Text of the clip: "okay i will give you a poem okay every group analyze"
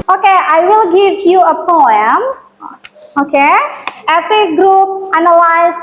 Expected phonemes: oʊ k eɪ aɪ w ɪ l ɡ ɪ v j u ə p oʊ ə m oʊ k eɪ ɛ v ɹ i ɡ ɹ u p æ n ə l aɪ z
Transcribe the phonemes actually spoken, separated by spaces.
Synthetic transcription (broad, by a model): oʊ k eɪ aɪ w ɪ l ɡ ɪ v j u ə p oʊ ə m oʊ k eɪ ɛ f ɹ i ɡ ɹ u p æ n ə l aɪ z